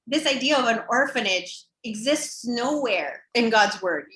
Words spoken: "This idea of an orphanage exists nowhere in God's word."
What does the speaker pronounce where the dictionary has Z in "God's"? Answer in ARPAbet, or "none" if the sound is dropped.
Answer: Z